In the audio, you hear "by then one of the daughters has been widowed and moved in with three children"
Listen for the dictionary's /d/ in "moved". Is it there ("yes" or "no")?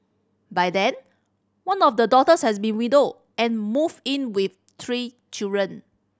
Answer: no